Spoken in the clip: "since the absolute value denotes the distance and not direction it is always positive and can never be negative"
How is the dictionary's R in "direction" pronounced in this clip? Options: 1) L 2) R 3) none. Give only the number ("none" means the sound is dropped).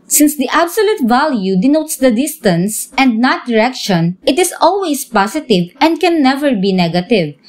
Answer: 2